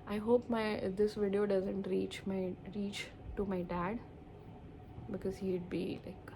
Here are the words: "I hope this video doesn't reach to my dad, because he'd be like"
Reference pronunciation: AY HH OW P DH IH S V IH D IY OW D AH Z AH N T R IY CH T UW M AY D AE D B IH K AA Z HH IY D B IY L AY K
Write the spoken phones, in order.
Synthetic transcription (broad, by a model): AY HH OW P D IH S V IH D IY OW D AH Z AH N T R IY CH T UW M AY D AE D B IH K AA Z HH IY D B IY L AY K